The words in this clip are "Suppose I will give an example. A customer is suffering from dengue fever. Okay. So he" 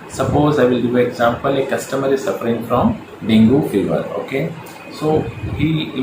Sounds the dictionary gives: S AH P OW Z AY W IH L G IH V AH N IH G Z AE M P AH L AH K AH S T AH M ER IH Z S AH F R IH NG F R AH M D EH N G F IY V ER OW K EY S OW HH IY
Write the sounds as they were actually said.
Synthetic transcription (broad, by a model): S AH P OW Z AY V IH L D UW AH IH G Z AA M P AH L AH K AH S T AH M ER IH S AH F R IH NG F R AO M D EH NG G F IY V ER OW K EY S OW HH IY